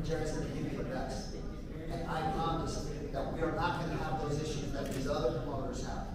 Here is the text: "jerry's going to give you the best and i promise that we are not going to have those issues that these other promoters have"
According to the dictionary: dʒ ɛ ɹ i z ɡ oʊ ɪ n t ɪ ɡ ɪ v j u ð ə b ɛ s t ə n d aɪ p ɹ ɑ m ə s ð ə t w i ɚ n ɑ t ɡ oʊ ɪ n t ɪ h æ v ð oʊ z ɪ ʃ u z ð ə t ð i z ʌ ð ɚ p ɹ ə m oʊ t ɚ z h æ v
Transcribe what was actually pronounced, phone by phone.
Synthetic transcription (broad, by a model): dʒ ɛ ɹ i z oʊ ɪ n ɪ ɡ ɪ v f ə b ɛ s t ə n aɪ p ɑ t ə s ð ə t w i ɚ n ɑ t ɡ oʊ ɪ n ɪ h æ v ð oʊ z ɪ ʃ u z ð ə t ð i z ʌ ð ɚ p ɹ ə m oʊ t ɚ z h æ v